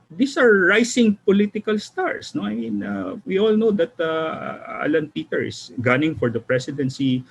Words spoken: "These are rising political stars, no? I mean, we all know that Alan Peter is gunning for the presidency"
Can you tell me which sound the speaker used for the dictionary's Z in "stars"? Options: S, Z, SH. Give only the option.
S